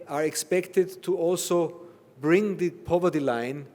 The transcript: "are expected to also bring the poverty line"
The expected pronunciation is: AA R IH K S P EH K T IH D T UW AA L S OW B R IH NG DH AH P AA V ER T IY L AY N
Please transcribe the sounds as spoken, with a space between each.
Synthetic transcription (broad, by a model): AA R IH K S P EH K T IH D T UW AA L S OW B R IH NG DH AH P AA V ER T IY L AY N